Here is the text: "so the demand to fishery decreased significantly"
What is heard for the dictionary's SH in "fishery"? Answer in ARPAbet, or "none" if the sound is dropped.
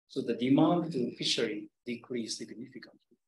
SH